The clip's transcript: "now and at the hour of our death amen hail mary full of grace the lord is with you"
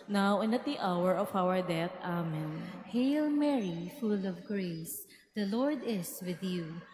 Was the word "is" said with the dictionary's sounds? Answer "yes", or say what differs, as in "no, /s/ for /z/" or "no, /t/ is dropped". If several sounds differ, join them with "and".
no, /s/ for /z/